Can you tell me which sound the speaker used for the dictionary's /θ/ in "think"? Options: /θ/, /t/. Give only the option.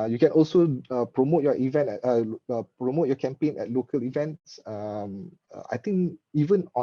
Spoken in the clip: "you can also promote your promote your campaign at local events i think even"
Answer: /t/